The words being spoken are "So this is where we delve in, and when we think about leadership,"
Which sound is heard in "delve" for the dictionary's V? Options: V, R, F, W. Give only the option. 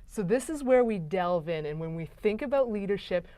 V